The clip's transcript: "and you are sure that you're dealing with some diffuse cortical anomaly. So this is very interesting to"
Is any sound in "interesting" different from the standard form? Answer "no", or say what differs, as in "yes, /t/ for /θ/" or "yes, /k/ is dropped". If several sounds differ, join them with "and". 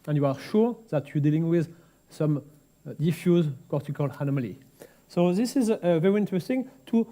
no